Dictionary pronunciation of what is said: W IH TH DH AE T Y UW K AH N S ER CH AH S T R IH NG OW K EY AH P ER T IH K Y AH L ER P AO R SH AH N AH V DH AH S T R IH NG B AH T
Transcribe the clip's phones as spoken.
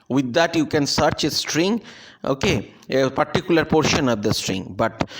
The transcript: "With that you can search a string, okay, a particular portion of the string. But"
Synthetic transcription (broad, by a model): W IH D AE T Y UW K AH N S ER CH AH S T R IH NG OW K EY AH P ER T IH K Y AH L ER P AO R SH AH N AH V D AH S T R IH NG B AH T